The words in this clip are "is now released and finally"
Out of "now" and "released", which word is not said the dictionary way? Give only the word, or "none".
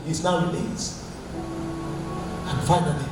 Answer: released